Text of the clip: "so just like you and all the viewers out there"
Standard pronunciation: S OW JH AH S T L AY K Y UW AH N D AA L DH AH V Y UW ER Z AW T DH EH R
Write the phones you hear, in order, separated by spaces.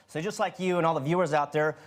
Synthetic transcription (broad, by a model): S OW JH AH S T L AY K Y UW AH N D AA L DH AH V Y UW ER Z AW T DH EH R